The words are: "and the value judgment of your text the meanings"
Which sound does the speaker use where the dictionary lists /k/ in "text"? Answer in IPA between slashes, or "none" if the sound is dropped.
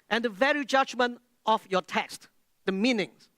/k/